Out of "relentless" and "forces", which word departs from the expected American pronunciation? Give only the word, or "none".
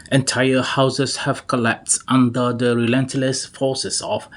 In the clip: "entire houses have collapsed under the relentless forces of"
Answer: forces